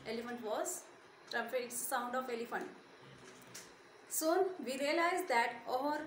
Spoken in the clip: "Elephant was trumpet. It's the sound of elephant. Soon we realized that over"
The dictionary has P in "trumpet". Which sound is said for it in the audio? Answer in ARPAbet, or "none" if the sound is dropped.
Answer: F